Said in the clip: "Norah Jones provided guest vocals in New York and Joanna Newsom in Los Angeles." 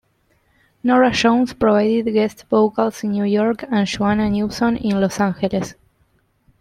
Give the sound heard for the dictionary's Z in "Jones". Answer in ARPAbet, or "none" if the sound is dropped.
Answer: S